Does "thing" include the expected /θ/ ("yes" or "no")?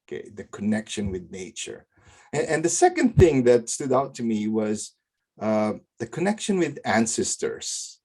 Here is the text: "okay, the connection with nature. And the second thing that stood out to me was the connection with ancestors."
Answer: yes